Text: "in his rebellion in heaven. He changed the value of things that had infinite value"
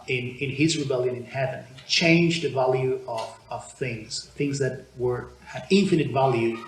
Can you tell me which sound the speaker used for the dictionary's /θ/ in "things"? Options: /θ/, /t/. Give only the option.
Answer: /θ/